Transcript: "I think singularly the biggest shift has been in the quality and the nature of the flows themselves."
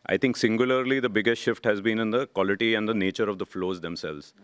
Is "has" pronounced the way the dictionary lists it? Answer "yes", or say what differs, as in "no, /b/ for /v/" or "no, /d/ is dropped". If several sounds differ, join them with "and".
yes